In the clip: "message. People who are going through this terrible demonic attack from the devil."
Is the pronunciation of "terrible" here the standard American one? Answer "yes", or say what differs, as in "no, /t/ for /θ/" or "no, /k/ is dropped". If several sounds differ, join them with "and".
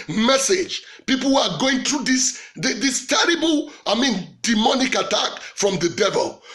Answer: no, /n/ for /l/